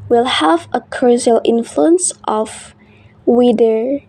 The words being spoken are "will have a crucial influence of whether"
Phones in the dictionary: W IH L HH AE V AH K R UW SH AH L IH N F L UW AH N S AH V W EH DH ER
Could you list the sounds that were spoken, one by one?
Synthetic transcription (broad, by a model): W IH L HH AE V AH K AH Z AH L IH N F L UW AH N S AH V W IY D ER